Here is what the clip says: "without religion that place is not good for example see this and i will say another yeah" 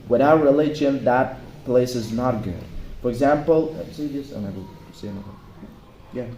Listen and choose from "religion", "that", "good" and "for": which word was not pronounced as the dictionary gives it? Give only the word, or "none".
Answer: religion